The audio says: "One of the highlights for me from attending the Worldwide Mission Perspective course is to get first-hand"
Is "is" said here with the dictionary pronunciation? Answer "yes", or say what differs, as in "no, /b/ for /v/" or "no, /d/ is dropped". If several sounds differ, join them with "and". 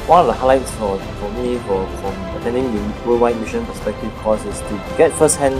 no, /s/ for /z/